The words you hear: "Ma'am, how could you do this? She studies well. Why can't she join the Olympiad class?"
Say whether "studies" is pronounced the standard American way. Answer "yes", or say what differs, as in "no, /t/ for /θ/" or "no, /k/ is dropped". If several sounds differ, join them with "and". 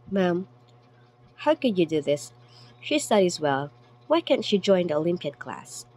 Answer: yes